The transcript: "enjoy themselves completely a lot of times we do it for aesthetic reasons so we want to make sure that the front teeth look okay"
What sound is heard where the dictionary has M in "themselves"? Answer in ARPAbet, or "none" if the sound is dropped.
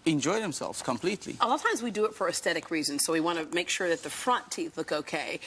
M